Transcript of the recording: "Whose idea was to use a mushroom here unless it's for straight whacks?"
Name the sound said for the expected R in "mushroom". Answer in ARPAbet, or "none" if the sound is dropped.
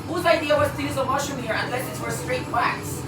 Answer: none